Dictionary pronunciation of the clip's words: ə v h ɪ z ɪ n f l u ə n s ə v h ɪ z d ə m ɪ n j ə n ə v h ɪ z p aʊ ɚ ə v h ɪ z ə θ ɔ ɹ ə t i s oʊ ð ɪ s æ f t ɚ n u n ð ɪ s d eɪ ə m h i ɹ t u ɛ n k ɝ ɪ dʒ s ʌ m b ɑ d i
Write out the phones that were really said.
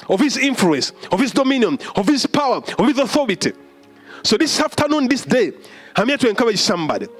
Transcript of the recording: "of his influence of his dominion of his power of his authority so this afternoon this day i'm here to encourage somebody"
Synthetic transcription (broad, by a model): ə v h ɪ z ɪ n f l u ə n s ə v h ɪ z d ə m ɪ n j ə n ə v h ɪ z p aʊ ɚ ə v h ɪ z ə θ ɔ ɹ ə t i s oʊ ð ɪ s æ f t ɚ n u n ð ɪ s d eɪ ə m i t u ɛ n k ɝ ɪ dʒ s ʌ m b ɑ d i